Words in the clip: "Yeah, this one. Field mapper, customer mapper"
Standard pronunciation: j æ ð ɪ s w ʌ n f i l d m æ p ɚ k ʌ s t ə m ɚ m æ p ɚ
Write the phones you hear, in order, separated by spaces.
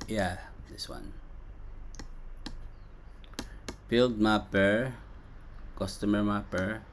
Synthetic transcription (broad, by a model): j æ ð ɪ s w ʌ n p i l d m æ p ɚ k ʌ s t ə m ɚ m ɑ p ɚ